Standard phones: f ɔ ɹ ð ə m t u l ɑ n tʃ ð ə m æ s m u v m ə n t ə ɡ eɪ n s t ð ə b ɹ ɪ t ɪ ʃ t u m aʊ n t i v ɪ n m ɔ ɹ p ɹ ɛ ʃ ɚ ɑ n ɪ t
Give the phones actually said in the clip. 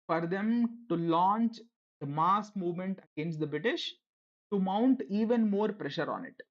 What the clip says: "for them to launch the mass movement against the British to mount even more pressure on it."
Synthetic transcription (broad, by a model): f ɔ ɹ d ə m t u l ɑ n tʃ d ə m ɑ s m u v m ə n t ə ɡ eɪ n s t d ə b ɹ ɪ t ɪ ʃ t u m aʊ n t i v ɪ n m ɔ ɹ p ɹ ɛ ʃ ɚ ɑ n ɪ t